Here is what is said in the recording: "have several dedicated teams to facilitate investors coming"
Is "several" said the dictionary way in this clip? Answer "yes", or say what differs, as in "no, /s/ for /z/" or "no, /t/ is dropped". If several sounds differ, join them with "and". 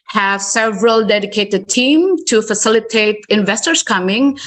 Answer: yes